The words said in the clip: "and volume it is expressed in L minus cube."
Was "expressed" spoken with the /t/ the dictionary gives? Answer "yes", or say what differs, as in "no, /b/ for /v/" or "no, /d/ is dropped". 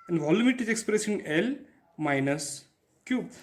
no, /t/ is dropped